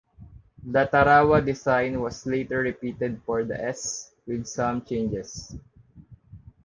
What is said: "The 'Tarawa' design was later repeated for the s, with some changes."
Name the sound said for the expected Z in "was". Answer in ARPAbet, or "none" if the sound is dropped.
S